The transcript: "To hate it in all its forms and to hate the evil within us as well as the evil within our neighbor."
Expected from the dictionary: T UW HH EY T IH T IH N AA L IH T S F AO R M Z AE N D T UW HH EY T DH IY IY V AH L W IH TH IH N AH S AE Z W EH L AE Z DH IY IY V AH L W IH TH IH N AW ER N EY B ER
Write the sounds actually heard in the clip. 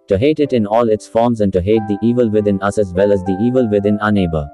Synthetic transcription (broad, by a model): T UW HH EY T IH T IH N AA L IH T S F AO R M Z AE N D T UW HH EY T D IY IY V AH L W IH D IH N AH S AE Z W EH L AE Z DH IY IY V AH L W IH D IH N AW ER N EY B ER